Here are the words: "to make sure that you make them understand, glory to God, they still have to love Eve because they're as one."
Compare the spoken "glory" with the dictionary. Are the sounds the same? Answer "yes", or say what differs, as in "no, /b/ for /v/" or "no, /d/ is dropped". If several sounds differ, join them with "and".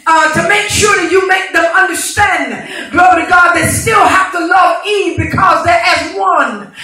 no, /ɹ/ is dropped